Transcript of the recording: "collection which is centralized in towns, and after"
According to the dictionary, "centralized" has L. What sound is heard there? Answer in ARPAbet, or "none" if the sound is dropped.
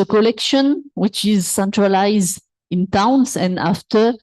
L